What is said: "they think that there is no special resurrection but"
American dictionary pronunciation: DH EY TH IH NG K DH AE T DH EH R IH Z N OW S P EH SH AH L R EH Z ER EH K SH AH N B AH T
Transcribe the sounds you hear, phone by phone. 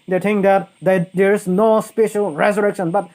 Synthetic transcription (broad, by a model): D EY T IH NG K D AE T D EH R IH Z N OW S P EH SH AH L R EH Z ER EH K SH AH N B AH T